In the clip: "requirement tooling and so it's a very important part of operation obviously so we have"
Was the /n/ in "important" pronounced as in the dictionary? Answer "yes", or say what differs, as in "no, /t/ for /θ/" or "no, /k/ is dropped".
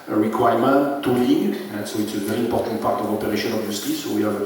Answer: yes